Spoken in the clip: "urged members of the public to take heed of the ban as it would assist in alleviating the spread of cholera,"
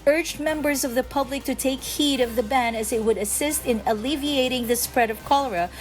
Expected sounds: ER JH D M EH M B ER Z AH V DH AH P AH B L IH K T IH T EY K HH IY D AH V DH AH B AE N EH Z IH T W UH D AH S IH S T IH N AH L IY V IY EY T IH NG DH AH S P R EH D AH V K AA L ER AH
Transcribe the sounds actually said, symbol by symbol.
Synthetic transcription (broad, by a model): ER JH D M EH M B ER Z AH V DH AH P AH B L IH K T IH T EY K HH IY D AH V DH AH B AE N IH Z IH T W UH D AH S IH S T IH N AH L IY V IY EY T IH NG DH AH S P R EH D AH V K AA L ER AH